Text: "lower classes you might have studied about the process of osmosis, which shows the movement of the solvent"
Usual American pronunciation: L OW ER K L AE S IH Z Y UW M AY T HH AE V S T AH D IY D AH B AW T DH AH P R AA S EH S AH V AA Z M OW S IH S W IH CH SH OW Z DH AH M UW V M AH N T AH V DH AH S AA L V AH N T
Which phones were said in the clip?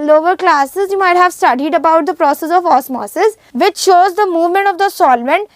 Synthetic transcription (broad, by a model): L OW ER K L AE S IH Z Y UW M AY T HH AE V S T AH D IY D AH B AW T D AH P R AA S EH S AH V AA S M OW S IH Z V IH CH SH OW Z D AH M UW V M AH N T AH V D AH S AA L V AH N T